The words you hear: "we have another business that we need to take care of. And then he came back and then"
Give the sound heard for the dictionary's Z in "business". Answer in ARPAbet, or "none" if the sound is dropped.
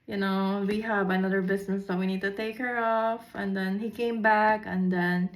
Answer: S